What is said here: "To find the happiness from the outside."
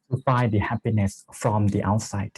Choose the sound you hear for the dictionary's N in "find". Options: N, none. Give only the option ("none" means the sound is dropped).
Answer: none